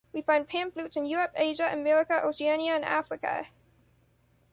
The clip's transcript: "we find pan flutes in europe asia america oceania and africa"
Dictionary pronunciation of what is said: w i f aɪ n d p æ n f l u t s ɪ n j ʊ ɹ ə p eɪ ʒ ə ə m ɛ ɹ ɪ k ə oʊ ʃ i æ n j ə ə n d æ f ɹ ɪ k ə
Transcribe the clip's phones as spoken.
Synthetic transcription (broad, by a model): w i f aɪ n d p æ n f l u t s ɪ n j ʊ ɹ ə p eɪ ʒ ə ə m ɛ ɹ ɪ k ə oʊ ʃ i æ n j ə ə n æ f ɹ ɪ k ə